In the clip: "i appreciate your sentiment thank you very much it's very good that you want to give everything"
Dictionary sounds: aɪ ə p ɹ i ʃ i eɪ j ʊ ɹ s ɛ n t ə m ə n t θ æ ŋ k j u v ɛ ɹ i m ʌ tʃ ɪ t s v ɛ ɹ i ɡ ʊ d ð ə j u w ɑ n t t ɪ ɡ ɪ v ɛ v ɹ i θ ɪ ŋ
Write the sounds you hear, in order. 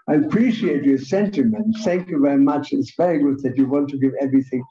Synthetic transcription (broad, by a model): aɪ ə p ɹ i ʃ i eɪ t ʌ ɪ s ɛ n t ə m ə n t θ æ ŋ k j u v ɛ ɹ i m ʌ tʃ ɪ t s v ɛ ɹ i ɡ ʊ d ð ə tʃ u w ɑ n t t ɪ ɡ ɪ v ɛ v ɹ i θ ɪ ŋ